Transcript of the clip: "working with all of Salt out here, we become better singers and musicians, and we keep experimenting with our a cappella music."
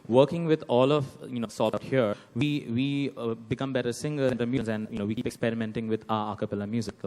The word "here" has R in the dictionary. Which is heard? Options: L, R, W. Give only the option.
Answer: W